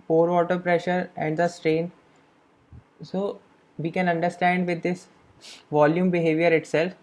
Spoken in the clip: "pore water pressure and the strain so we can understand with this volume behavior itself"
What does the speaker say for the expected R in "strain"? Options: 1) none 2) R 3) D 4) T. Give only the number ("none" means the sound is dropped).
2